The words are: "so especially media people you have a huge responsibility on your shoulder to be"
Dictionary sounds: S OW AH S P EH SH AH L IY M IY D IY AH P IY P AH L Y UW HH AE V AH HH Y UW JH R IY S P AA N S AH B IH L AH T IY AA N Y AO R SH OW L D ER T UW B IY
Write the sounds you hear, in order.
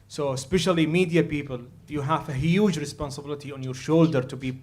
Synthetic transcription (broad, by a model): S OW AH S P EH SH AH L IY M IY D IY AH P IY P AH L Y UW HH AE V AH HH Y UW JH R IY S P AA N S AH B IH L AH T IY AA N Y AO R SH OW L D ER T UW B IY